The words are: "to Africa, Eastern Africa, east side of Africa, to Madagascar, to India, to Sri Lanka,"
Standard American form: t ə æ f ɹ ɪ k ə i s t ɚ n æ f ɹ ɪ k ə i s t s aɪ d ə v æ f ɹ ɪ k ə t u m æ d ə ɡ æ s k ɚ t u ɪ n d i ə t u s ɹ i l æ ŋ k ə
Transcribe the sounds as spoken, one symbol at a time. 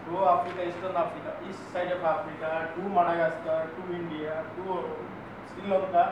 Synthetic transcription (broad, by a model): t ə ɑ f ɹ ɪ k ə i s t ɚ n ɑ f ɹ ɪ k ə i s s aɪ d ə p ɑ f ɹ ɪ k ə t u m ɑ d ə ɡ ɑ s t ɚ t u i n d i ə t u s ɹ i l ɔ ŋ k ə